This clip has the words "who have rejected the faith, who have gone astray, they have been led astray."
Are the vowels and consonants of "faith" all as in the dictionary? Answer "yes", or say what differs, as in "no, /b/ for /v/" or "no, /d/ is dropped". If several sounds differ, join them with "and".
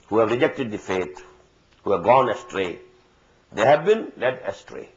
no, /t/ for /θ/